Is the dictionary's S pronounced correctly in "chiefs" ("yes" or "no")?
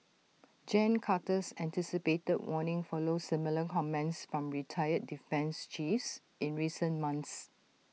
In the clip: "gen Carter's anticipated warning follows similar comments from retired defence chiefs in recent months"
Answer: yes